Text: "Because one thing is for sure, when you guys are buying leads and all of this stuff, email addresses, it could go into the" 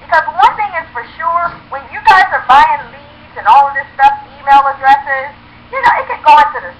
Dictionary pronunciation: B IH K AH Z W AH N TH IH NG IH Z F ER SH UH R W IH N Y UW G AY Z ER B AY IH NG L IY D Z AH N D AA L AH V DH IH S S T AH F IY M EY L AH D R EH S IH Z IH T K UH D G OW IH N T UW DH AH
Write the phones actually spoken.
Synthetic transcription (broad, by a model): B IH K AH Z W AH N TH IH NG IH Z F ER SH UH R W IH N Y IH G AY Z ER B AY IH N L IY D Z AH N AA L AH V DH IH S S T AH F IY M EY L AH D R EH S IH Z IH T K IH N G OW IH N T UW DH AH